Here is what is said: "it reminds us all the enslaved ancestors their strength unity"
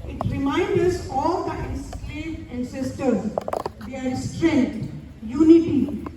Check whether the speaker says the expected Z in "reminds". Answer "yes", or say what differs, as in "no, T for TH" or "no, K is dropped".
no, Z is dropped